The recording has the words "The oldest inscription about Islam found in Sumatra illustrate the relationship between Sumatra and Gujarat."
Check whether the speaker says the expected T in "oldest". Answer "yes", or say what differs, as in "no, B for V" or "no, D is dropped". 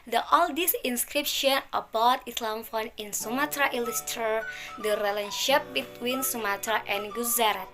no, T is dropped